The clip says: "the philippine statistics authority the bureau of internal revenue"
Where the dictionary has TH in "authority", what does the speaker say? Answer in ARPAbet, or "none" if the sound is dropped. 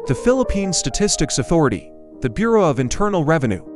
TH